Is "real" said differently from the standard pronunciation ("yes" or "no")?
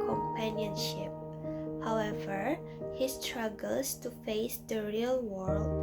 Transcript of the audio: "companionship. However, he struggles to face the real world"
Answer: no